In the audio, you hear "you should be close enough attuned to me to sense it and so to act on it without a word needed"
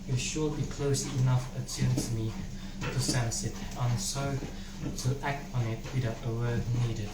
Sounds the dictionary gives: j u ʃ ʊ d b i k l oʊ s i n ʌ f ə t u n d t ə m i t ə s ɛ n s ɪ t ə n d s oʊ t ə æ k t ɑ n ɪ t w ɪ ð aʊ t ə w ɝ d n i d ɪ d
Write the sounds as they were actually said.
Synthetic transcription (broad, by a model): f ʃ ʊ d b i k l oʊ s i n ʌ f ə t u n t ə m i t ə s ɛ n s ɪ t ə n s oʊ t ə æ k t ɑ n ɪ t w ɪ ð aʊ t ə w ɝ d n i d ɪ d